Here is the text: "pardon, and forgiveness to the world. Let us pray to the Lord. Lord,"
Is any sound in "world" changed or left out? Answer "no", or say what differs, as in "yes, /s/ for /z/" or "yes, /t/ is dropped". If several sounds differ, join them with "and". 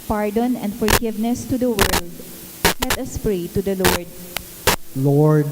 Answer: no